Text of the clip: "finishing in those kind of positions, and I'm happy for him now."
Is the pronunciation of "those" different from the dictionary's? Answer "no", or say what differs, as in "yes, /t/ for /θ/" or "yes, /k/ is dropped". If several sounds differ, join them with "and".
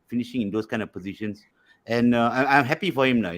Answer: yes, /s/ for /z/